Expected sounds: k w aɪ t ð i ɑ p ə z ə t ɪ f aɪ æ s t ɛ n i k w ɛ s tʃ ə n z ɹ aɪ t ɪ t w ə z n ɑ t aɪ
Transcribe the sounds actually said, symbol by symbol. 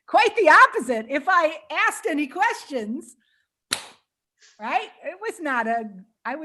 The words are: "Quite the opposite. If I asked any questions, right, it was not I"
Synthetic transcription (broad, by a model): k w aɪ t ð i ɑ p ə z ə t ɪ f aɪ æ s t ɛ n i k w ɛ s tʃ ə n z ɹ aɪ t ɪ t w ə z n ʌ t aɪ